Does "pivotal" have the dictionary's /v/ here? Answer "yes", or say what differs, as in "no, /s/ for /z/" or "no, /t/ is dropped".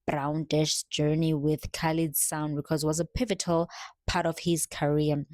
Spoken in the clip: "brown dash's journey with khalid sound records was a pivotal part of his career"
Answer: yes